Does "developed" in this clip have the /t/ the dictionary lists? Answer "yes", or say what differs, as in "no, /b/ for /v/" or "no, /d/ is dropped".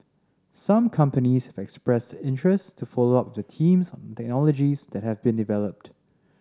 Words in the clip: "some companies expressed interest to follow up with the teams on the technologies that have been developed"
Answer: yes